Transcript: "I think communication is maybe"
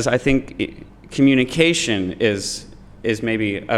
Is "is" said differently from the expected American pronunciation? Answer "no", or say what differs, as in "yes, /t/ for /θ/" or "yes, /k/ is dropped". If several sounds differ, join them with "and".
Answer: no